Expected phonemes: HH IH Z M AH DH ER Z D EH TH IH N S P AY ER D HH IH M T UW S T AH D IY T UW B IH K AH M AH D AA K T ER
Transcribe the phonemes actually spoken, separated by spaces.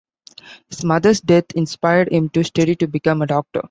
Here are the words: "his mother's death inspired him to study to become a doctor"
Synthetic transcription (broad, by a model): HH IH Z M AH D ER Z D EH T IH N S P AY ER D HH IH M T UW S T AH D IY T UW B IH K AH M AH D AA K T ER